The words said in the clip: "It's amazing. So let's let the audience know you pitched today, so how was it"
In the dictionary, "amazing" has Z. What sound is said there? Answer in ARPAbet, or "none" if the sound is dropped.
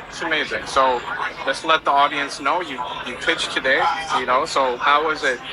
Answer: Z